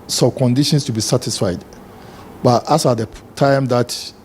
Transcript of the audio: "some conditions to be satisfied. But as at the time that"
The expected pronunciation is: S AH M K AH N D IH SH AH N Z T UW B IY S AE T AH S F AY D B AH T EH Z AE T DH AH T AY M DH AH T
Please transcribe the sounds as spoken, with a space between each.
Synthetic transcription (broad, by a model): S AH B K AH N D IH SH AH N S T UW B IY S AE T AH S F AY D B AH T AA S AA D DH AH T AY M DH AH T